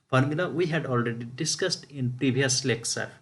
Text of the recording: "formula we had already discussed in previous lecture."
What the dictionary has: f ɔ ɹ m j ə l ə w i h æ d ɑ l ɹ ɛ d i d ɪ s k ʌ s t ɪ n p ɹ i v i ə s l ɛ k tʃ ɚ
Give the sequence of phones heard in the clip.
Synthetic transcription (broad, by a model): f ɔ ɹ m j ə l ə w i h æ d ɑ l ɹ ɛ d i d ɪ s k ʌ s t ɪ n p ɹ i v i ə s l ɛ k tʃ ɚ